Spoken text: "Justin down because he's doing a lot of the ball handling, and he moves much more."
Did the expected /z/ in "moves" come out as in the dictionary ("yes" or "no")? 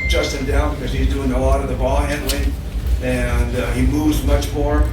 yes